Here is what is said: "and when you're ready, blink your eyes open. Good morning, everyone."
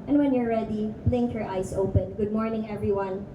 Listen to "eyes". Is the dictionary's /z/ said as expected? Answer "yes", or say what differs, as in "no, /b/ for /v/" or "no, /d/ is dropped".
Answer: no, /s/ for /z/